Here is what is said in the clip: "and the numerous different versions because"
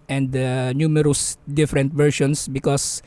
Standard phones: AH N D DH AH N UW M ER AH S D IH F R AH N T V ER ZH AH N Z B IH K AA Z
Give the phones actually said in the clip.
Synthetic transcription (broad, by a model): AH N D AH N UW M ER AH S D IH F R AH N T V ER SH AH N S B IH K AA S